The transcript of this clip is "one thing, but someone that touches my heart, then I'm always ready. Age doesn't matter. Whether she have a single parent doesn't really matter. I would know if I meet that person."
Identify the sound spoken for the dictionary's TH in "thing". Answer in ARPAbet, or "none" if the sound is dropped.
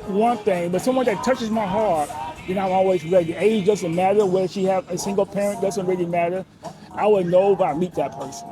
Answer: TH